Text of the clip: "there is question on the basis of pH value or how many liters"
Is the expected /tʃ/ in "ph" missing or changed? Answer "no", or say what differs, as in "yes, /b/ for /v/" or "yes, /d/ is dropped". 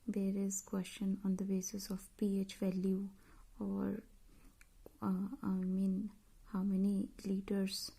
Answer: no